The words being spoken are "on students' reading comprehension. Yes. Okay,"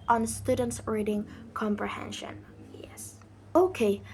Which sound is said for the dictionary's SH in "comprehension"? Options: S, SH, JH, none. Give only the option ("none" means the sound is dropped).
SH